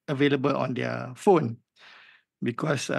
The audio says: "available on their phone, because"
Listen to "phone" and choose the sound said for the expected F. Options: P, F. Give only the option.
F